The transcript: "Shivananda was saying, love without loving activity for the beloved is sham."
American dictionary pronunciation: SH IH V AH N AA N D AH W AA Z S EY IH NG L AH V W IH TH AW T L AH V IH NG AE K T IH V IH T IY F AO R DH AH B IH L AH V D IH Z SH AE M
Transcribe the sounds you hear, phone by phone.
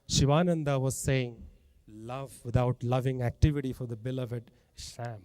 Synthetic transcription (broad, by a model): SH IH V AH N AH N D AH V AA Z S EY IH NG L AH V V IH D AW T L AH V IH NG AE K T IH V IH T IY F AO R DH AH B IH L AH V IH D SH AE M